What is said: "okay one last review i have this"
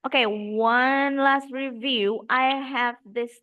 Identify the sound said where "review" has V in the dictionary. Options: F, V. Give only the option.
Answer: V